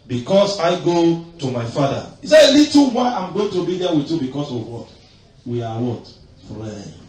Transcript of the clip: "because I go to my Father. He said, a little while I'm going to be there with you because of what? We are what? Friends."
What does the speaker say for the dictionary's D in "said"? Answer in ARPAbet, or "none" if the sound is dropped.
none